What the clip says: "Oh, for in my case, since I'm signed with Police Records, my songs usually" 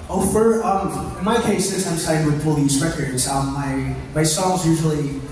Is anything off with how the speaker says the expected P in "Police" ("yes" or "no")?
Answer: yes